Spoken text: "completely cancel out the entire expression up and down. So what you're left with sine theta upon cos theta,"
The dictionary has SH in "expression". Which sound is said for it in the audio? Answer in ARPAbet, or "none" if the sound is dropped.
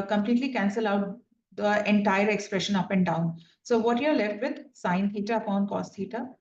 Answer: SH